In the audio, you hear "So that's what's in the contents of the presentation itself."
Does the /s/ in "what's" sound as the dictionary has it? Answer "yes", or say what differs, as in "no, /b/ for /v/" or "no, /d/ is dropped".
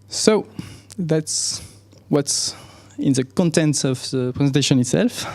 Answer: yes